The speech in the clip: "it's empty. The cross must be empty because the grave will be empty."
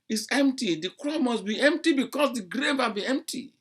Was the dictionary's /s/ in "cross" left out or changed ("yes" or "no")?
yes